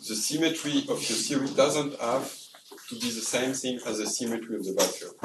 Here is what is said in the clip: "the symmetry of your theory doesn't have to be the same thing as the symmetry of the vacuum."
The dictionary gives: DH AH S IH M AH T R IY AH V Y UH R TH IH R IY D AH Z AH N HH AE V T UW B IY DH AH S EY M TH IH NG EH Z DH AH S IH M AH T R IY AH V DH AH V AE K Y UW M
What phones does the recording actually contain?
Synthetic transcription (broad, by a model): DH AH S IH M AH T R IY AH V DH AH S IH R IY D AH Z AH N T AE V T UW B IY DH AH S EY M TH IH NG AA Z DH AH S IH M AH T R IY AH V DH AH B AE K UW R